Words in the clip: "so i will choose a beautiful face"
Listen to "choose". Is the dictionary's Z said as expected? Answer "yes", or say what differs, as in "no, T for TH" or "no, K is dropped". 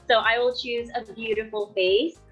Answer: yes